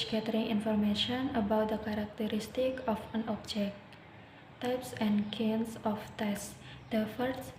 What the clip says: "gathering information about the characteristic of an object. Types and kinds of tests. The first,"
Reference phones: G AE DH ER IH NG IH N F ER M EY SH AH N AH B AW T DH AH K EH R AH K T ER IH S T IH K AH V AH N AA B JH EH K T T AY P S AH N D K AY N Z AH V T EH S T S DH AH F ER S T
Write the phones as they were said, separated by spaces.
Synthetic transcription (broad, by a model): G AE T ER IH NG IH N F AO M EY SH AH N AH B AW T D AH K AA R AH K T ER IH S T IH K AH F AH N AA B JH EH K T T AY P S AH N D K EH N S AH F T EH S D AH F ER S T